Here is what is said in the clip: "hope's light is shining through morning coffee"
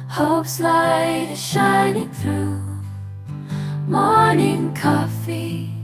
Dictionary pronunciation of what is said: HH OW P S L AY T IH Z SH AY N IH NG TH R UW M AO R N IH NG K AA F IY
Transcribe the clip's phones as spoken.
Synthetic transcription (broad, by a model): HH OW P S L AY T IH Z SH AY N IH NG TH R UW M AO R N IH NG K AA F IY